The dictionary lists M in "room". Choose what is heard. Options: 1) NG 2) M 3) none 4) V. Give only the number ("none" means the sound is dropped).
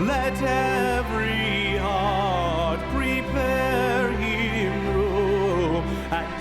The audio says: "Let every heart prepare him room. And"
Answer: 3